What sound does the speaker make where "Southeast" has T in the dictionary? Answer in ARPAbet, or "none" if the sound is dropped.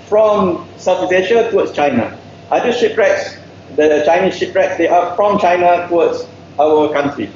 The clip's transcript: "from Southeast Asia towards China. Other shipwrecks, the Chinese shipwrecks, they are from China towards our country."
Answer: none